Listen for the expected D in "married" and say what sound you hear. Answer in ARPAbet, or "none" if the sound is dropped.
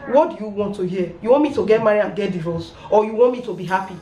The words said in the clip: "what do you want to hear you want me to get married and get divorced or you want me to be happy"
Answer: none